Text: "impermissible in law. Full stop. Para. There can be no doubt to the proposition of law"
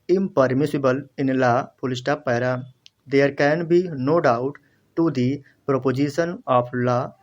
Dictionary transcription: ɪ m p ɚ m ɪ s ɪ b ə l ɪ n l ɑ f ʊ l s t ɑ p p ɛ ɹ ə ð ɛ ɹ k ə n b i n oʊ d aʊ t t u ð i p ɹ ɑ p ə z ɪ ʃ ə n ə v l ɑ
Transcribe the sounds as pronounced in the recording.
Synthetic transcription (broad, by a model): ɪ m p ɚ m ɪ s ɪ b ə l ɪ n l ɑ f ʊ l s t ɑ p p ɛ ɹ ə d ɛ ɹ k ə n b i n oʊ d aʊ t t u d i p ɹ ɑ p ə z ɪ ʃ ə n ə p l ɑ